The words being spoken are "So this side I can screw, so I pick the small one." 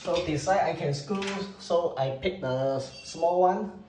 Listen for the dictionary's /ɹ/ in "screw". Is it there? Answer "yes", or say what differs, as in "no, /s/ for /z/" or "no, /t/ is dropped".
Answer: no, /ɹ/ is dropped